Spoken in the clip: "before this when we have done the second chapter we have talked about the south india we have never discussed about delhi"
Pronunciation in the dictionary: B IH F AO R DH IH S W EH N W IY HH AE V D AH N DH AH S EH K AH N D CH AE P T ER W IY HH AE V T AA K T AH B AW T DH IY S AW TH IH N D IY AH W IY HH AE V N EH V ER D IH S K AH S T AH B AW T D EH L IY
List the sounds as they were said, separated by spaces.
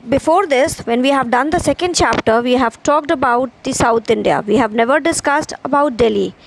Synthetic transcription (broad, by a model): B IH F AO R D IH S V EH N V IY HH AE V D AH N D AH S EH K AH N D CH AE P T ER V IY HH AE V T AA K T AH B AW T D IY S AW T IH N D IY AH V IY HH AE V N EH V ER D IH S K AH S T AH B AW T D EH L IY